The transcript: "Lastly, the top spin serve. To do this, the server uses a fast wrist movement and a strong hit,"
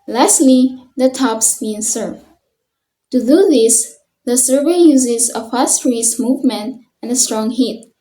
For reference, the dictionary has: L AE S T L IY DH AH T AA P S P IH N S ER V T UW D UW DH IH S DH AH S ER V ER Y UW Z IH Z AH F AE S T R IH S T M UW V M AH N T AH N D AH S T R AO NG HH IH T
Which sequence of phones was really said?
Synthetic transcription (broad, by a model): L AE S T L IY DH AH T AA P S B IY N S ER V T UW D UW DH IH S DH AH S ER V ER Y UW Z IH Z AH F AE S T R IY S M UW V M AH N T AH N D AH S T R AO NG HH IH T